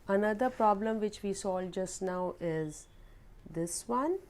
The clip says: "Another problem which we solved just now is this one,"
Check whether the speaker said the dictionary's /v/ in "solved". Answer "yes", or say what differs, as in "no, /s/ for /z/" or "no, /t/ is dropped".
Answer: no, /v/ is dropped